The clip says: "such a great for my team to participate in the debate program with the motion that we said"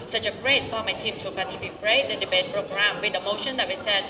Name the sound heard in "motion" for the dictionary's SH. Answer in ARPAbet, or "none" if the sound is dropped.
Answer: SH